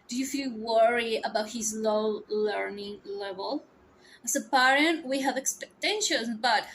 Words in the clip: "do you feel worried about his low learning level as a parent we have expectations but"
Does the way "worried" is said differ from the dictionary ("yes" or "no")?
yes